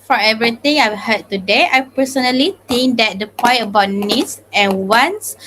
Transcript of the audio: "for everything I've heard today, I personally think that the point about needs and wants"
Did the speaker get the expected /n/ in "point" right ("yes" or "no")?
no